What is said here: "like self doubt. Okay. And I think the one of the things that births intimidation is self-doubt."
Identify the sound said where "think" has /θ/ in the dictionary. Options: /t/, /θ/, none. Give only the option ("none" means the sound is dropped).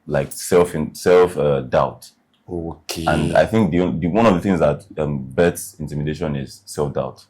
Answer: /θ/